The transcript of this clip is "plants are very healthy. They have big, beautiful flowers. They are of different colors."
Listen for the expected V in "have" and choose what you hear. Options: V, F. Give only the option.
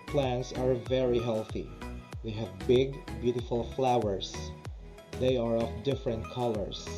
V